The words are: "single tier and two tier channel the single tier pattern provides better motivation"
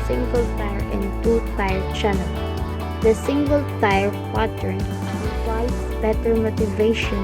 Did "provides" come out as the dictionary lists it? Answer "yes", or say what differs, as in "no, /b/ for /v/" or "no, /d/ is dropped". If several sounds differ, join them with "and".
no, /w/ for /v/